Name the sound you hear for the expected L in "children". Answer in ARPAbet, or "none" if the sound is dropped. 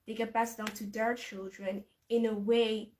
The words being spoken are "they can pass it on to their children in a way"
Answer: L